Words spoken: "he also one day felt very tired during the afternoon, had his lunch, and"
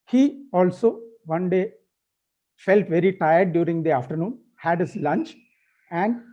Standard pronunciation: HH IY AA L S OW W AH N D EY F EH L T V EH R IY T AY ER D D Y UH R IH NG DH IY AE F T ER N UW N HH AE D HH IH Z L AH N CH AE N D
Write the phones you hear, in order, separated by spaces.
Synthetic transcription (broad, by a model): HH IY AA L S OW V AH N D EY F EH L T V EH R IY T AY ER D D Y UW R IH NG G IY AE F T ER N UW N HH AE D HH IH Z L AH N CH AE N D